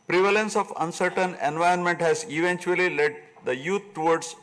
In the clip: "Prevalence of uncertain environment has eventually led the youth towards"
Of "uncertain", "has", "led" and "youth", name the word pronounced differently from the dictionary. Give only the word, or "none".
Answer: youth